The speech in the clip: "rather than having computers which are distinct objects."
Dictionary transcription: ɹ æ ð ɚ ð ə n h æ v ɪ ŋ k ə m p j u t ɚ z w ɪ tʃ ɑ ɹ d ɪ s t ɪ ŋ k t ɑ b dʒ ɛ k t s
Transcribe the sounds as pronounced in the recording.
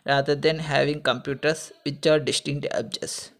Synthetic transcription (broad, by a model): ɹ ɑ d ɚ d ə n h æ v ɪ ŋ k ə m p j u t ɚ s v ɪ tʃ ɑ ɹ d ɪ s t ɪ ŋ t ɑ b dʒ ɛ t s